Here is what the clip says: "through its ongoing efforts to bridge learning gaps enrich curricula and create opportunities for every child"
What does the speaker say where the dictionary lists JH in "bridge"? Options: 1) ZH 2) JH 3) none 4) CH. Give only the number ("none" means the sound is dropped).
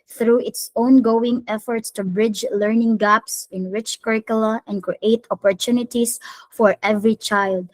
2